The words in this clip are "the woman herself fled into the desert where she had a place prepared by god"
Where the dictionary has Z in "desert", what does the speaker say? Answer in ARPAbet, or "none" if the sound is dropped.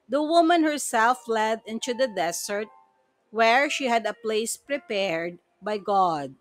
S